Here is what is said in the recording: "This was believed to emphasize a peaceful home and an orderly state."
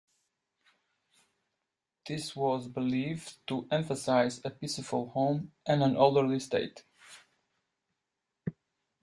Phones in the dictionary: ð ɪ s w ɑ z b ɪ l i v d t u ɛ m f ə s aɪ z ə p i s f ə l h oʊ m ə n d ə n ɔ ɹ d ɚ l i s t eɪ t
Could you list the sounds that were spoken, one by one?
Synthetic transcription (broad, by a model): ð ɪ s w ɑ z b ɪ l i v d t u ɛ m f ə s aɪ z ə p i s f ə l h oʊ m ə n ə n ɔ l d ɚ l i s t eɪ t